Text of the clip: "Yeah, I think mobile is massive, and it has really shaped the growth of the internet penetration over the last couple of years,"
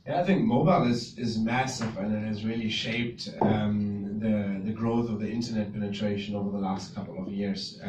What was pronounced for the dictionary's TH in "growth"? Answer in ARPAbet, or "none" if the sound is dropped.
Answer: TH